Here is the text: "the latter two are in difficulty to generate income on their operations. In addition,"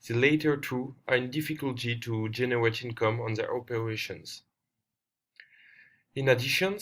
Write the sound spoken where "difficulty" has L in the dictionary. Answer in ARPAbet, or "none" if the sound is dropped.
L